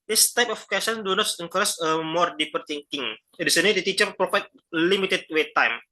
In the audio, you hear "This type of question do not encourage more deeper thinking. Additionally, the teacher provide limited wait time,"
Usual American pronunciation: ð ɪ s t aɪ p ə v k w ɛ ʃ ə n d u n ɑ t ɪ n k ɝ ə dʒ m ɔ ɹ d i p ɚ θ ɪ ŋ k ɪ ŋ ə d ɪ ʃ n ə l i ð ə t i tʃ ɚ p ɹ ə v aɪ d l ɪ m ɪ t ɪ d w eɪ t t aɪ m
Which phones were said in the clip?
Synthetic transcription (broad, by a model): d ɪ s t aɪ p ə f k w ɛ s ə n d u n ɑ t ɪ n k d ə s m ɔ ɹ d i p ɚ t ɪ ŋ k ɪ ŋ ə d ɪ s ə n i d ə t i tʃ ɚ p ɹ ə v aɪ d l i m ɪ t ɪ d w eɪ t t aɪ m